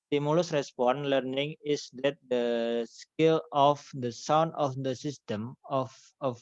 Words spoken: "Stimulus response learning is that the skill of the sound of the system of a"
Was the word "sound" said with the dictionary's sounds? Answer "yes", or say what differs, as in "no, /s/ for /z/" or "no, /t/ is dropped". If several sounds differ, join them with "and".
yes